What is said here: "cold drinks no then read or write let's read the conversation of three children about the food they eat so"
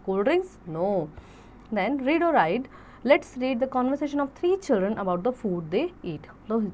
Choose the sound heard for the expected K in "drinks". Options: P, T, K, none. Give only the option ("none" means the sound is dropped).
none